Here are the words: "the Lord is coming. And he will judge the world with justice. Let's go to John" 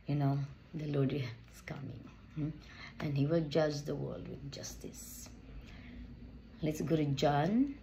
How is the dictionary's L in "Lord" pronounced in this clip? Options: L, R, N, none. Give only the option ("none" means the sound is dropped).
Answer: N